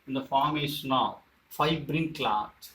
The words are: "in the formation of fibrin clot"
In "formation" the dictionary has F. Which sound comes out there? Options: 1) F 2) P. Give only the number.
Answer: 1